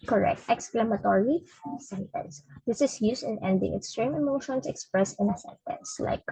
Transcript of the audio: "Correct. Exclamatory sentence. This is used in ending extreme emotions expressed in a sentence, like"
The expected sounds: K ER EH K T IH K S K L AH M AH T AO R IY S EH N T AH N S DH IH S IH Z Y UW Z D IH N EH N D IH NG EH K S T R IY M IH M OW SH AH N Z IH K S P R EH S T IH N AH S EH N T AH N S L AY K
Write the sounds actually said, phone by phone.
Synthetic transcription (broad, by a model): K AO EH K T IH K S K L AH M AH T AO R IY S EH N T AH N S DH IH S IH S Y UW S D IH N EH N D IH NG EH K S T R IY M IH M OW SH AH N S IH K S P R EH S IH N AH S EH N T AH N S L AY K